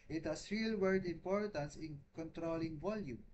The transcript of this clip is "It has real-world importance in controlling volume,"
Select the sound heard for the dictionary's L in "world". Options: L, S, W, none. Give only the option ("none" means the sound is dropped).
none